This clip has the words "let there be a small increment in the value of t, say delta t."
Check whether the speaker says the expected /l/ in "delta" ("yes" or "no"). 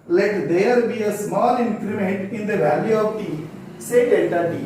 no